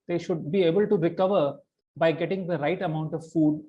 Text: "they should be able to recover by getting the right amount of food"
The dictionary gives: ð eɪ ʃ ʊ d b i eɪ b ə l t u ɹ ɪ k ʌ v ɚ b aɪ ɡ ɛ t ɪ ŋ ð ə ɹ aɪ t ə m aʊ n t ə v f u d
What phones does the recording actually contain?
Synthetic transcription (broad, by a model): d eɪ ʃ ʊ d b i eɪ b ə l t u ɹ ɪ k ʌ v ɚ b aɪ ɡ ɛ t ɪ ŋ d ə ɹ aɪ t ə m aʊ n t ə v f u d